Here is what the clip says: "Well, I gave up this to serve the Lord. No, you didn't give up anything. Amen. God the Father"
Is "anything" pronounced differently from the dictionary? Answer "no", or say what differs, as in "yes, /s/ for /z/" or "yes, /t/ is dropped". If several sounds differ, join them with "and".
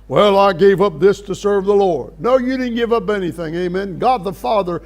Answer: no